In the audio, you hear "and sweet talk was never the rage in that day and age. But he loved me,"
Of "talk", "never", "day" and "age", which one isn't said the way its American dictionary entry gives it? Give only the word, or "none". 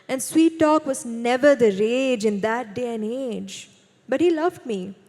none